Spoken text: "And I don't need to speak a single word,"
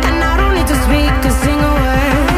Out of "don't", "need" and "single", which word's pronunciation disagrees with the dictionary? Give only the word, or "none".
need